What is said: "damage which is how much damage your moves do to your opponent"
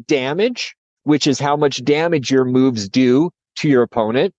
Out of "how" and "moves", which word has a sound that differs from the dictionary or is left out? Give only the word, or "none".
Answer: none